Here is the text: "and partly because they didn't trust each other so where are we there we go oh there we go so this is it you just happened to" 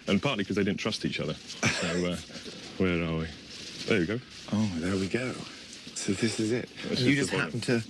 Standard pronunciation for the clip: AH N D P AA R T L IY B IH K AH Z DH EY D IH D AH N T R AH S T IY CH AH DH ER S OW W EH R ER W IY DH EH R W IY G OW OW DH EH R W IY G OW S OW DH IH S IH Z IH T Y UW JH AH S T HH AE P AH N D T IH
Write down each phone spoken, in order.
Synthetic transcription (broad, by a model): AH N P AA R T L IY K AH Z DH EY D IH D N T R AH S T IY CH AH DH ER S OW W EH R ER W IY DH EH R W IY G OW OW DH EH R W IY G OW S OW DH IH S IH Z IH T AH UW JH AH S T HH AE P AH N T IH